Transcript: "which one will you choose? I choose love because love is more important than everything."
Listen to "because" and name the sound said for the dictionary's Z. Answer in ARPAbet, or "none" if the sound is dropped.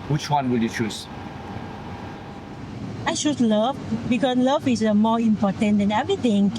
S